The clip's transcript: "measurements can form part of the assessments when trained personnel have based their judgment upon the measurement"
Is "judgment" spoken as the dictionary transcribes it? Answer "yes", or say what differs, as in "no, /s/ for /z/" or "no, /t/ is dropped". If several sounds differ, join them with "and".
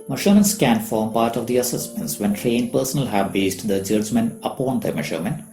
no, /t/ is dropped